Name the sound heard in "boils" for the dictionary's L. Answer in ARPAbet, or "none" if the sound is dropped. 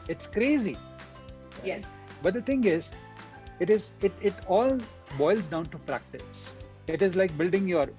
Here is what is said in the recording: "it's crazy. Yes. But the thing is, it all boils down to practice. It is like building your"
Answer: L